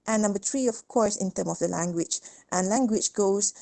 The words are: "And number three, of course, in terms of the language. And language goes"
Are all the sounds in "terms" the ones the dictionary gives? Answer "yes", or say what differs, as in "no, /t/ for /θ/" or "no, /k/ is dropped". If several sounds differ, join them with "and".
no, /z/ is dropped